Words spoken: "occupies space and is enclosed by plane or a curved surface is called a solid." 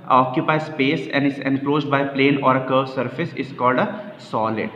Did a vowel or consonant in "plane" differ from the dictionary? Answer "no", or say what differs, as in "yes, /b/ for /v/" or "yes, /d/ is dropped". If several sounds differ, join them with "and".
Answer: no